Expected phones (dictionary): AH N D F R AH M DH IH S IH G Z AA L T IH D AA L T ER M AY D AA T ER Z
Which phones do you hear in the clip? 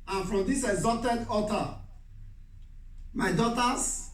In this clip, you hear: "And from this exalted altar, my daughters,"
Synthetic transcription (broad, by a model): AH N F R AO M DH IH S IH G Z AA L T IH D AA T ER M AY D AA T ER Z